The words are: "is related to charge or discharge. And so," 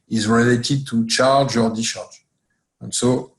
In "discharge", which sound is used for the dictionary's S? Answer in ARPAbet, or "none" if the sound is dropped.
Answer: none